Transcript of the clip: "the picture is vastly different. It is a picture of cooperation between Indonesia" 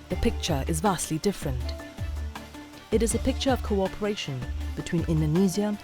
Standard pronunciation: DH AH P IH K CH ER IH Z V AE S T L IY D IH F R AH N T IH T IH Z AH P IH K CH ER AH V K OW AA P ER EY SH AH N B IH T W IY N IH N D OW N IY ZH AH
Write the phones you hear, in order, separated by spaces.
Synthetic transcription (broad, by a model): DH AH P IH K CH ER IH Z V AE S T L IY D IH F R AH N T IH T IH Z AH P IH K CH ER AH V K OW AA P ER EY SH AH N B IH T W IY N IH N D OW N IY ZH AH